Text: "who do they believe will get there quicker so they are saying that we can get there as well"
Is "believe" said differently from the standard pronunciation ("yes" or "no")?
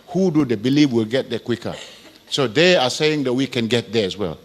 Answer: yes